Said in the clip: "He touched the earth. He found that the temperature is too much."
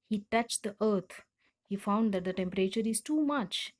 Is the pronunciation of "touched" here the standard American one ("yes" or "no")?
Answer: yes